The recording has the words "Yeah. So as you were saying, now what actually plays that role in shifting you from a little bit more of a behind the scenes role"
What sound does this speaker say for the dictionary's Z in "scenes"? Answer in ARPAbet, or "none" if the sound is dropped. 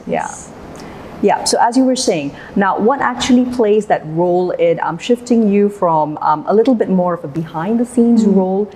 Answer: Z